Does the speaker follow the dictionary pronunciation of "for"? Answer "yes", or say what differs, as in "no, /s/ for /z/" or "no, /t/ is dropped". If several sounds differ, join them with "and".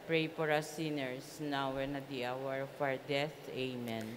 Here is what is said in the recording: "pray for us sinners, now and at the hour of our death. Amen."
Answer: no, /p/ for /f/